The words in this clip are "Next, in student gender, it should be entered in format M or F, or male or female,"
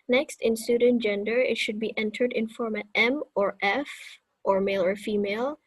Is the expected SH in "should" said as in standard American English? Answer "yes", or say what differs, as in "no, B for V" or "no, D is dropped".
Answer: yes